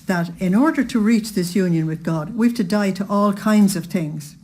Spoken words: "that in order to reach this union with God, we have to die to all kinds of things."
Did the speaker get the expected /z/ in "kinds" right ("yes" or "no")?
yes